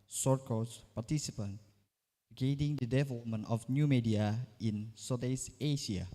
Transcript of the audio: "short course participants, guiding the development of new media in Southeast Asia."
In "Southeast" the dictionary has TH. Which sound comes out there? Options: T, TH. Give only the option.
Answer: T